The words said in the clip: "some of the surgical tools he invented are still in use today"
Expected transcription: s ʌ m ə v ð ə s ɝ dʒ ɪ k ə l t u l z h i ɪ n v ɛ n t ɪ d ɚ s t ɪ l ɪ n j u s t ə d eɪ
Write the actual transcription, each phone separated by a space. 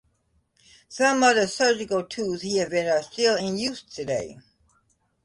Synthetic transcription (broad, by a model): s ʌ m ə ð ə s ɝ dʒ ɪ k l t u z h i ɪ v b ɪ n ɚ s t ɪ l ɪ n j u s t ə d eɪ